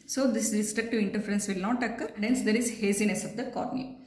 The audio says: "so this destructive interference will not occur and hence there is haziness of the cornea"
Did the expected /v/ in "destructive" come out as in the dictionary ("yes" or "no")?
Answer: yes